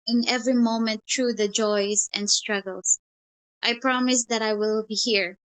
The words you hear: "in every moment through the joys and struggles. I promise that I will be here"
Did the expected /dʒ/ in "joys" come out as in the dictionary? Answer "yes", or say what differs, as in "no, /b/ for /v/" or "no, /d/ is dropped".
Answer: yes